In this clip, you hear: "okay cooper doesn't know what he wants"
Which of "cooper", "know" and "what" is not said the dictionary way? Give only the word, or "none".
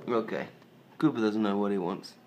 cooper